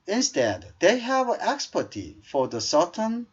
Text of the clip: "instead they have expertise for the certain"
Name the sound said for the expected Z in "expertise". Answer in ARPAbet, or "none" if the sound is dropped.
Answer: none